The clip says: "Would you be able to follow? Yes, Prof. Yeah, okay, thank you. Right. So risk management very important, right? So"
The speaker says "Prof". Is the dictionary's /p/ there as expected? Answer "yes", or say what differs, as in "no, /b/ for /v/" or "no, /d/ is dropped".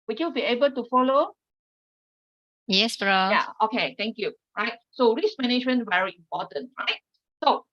no, /b/ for /p/